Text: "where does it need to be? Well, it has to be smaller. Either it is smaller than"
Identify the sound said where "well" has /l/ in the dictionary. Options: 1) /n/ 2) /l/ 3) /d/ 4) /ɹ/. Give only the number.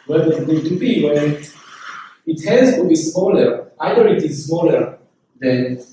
1